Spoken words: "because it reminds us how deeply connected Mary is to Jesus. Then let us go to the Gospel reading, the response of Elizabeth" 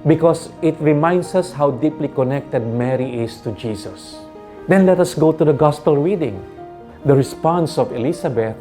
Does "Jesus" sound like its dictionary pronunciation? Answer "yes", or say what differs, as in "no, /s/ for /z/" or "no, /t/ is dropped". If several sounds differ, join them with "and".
no, /s/ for /z/